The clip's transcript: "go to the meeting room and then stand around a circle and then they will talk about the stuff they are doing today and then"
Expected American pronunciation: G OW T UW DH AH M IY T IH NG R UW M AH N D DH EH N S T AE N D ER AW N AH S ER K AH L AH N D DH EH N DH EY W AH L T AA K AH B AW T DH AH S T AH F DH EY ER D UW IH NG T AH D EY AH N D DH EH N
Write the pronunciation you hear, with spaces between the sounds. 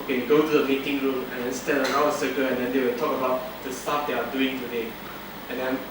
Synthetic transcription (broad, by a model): G OW T UW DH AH M IY T IH NG R UW M AH N D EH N S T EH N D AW AH S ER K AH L AH N D EH N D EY W AH L T AA K AH B AW T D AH S T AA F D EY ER D UW IH NG T AH D EY AH N D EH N